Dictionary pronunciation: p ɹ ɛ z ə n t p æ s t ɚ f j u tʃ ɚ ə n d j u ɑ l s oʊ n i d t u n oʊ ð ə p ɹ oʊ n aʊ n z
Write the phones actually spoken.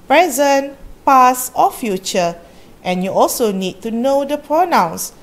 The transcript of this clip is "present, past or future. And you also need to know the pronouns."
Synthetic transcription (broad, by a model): p ɹ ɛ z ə n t p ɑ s ɔ f j u tʃ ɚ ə n j u ɑ l s oʊ n i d t u n oʊ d ə p ɹ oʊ n aʊ n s